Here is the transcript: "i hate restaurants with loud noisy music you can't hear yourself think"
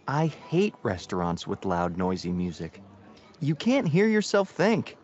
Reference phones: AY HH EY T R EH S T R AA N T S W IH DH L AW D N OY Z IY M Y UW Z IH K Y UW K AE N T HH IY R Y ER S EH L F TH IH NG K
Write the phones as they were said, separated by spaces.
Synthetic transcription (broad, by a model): AY HH EY T R EH S T R AA N T S W IH DH L AW D N OY Z IY M Y UW Z IH K Y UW K AE N T HH IY R Y ER S EH L F TH IH NG K